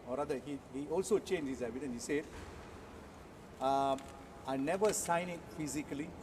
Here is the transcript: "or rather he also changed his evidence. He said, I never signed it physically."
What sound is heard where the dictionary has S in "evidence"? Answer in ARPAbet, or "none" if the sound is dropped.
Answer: none